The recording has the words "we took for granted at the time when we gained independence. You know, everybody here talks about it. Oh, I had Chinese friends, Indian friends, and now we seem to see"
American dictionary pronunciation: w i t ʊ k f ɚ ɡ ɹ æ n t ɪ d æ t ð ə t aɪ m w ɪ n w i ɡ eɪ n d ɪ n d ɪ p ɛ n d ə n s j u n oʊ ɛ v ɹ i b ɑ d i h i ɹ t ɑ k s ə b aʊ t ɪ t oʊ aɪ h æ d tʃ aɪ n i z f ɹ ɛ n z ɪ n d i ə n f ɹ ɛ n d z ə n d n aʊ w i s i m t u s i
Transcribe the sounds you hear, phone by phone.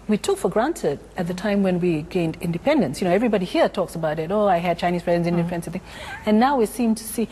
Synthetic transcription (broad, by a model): w i t ʊ k f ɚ ɡ ɹ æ n t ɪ d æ t ð ə t aɪ m w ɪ n w i ɡ eɪ n d ɪ n d ɪ p ɛ n d ə n s j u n oʊ ɛ v ɹ i b ɑ d i h i ɹ t ɑ k s ə b aʊ t ɪ t oʊ aɪ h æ d tʃ aɪ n i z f ɹ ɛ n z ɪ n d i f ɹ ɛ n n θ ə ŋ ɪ n aʊ w i s i m t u s i